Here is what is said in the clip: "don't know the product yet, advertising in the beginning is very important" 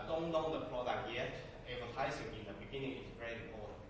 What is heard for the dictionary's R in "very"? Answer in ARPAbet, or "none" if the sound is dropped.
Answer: R